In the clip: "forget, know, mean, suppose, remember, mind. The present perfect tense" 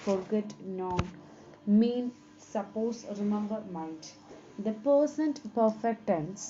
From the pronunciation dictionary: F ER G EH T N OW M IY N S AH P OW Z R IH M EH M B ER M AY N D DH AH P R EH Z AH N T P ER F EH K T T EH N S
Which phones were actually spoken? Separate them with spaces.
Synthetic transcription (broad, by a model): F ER G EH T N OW M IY N S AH P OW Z R IH M EH M B ER M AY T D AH P AH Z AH N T P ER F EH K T T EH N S